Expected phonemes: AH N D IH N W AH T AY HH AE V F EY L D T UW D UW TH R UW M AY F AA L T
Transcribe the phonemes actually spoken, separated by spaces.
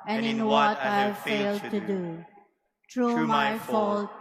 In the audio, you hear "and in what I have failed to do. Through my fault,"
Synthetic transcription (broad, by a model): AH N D IH N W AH T AY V F EY L D T UW D UW T R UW M AY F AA L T